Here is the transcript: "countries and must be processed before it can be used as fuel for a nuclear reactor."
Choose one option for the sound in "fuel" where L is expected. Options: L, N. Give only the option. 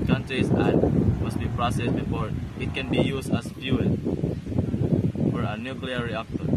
N